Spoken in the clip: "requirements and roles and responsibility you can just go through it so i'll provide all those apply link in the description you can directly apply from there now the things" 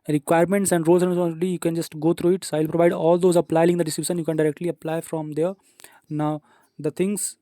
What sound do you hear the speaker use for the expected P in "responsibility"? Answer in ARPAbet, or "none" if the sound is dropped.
none